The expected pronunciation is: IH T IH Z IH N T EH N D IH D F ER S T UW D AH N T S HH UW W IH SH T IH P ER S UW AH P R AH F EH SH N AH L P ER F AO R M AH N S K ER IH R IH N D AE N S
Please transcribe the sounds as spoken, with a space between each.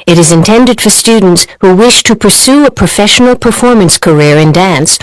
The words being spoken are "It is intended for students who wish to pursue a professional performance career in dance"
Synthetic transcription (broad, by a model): IH T IH Z IH N T EH N D IH D F ER S T UW D N T S HH UW W IH SH T IH P ER S UW AH P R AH F EH SH N L P ER F AO R M AH N S K ER IH R IH N D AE N S